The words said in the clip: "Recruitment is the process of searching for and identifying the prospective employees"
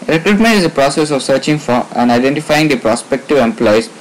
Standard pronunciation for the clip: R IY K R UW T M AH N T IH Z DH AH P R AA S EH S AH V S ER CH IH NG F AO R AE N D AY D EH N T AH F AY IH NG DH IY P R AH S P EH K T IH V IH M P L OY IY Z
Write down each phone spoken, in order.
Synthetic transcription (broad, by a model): R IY K R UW T M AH N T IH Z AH P R AA S EH S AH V S ER CH IH NG F AO R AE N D AY D EH N T AH F AY IH NG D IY P R AH S P EH K T IH V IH M P L OY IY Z